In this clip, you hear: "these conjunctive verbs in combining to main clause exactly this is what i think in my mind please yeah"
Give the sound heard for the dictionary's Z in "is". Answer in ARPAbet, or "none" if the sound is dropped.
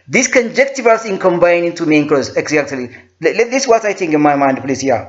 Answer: S